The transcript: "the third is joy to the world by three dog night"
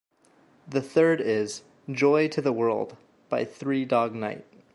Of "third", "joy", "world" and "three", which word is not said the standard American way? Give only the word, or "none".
none